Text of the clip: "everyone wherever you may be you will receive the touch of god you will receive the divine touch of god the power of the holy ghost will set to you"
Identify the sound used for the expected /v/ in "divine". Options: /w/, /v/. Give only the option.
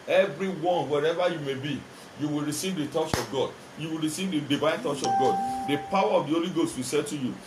/v/